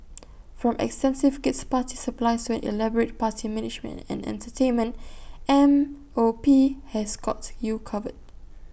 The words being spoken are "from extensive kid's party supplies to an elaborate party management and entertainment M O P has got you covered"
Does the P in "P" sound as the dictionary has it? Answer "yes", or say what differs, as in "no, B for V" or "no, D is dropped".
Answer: yes